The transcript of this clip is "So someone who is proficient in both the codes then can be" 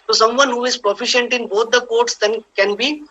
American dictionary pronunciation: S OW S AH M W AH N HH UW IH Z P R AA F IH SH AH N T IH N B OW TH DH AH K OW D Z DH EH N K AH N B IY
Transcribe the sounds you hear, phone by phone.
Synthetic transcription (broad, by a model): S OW S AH M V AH N HH UW IH Z P R AA F IH SH AH N T IH N B OW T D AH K OW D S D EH N K AH N B IY